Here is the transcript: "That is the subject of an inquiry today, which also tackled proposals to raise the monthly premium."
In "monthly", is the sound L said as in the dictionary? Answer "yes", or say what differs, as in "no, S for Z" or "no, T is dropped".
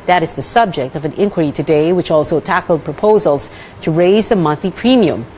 no, L is dropped